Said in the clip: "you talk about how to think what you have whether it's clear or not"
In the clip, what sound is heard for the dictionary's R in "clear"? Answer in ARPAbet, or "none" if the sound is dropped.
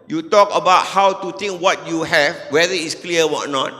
W